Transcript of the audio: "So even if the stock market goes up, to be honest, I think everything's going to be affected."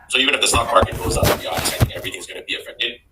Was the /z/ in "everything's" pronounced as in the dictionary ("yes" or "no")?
yes